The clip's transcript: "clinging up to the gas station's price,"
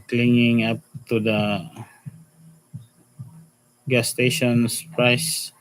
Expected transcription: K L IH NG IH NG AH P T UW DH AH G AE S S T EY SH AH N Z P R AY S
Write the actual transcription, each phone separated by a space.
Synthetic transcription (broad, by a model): K L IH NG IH NG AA P T UW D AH G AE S S T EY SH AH N S P R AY S